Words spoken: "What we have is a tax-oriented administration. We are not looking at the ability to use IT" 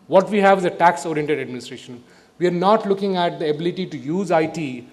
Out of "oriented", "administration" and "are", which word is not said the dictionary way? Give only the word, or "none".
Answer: none